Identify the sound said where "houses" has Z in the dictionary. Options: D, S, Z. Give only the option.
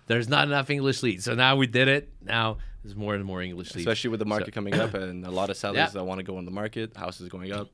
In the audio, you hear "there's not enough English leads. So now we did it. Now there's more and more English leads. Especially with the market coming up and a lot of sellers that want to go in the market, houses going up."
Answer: Z